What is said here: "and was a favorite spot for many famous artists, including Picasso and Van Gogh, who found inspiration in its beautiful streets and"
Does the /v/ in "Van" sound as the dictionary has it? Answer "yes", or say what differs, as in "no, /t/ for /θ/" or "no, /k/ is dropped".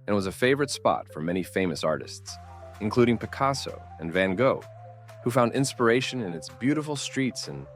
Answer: yes